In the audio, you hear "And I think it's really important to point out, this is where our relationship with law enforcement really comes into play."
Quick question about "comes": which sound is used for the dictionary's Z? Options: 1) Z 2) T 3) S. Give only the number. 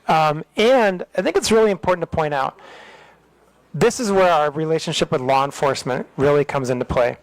1